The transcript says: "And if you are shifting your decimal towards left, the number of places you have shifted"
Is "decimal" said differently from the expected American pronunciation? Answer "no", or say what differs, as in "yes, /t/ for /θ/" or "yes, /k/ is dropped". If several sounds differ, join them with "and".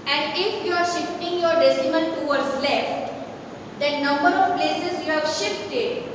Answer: yes, /n/ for /l/